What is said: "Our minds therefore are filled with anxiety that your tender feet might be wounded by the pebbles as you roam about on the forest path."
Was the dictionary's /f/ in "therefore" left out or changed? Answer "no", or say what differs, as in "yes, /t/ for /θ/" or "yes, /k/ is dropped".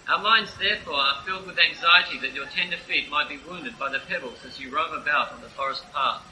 no